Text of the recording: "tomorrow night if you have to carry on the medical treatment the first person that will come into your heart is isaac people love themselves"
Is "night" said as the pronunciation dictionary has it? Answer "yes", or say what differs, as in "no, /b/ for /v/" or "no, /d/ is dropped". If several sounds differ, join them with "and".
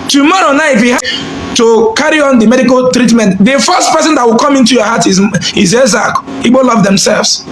no, /t/ is dropped